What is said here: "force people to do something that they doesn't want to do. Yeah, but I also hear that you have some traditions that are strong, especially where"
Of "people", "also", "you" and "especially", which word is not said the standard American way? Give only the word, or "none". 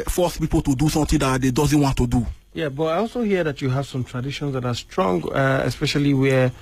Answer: none